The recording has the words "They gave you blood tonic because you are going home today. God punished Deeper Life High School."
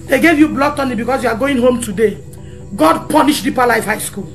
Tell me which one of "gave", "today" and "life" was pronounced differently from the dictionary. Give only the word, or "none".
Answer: none